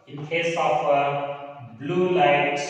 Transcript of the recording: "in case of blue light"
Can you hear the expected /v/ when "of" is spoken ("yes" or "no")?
no